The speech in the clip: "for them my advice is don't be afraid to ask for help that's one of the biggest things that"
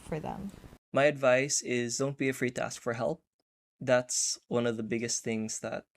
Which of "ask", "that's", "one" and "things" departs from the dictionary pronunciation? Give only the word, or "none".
none